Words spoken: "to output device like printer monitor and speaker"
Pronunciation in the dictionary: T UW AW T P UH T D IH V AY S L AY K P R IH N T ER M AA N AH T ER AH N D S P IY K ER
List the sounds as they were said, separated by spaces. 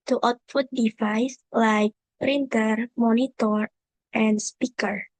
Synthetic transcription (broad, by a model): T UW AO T F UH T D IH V AY S L AY K P R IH N T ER M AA N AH T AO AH N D S P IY K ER